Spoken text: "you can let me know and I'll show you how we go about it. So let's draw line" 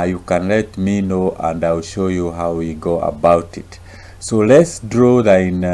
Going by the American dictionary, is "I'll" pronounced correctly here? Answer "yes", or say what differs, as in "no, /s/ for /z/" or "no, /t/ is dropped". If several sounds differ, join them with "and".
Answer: yes